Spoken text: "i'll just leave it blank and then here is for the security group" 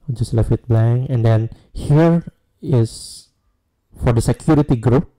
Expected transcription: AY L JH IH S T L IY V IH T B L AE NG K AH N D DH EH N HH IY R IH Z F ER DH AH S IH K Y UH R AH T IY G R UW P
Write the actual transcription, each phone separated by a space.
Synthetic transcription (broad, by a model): JH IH S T L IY F IH T B L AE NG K AH N D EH N HH IY R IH S F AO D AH S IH K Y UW R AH T IY G R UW P